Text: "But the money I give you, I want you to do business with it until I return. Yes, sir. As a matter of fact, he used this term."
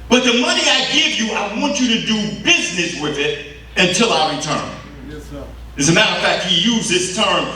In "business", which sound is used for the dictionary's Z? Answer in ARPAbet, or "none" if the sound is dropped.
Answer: Z